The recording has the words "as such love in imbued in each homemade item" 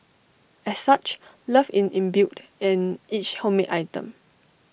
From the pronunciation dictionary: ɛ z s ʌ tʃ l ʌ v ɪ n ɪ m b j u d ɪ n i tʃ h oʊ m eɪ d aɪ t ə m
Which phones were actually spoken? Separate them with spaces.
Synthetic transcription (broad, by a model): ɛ s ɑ tʃ l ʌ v ɪ n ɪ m b j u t ɪ n i tʃ h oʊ m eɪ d aɪ t ə m